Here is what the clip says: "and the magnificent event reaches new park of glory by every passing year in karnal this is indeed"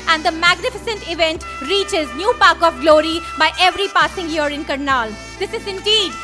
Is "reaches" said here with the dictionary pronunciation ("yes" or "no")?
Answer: yes